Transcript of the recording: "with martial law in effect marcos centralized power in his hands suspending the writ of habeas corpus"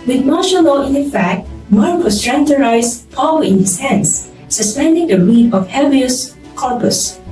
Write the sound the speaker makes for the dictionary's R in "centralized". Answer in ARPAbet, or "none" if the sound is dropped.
none